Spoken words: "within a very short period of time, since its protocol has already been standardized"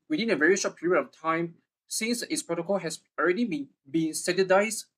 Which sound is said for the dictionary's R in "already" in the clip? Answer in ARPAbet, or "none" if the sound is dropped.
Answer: R